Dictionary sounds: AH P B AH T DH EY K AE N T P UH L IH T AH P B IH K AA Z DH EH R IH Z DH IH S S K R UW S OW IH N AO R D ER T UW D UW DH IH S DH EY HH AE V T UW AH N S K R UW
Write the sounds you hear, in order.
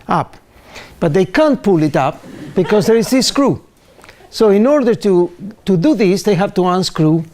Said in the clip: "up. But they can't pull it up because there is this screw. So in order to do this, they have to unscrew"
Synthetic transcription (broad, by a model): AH P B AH T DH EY K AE N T P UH L IH T AH P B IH K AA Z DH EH R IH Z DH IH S S K R UW S OW IH N AO R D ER T UW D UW DH IH S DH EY HH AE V T UW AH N S K R UW